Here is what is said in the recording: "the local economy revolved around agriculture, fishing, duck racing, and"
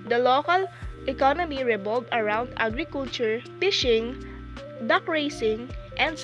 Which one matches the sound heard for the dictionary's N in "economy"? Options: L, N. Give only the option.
N